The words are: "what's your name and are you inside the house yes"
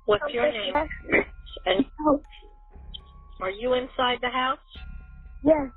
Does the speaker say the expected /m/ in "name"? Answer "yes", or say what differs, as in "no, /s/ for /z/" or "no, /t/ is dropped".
no, /m/ is dropped